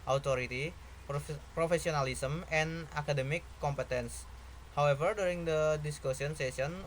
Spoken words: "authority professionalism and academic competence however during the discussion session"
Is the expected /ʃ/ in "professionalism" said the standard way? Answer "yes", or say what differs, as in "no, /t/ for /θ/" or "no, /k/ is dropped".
no, /s/ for /ʃ/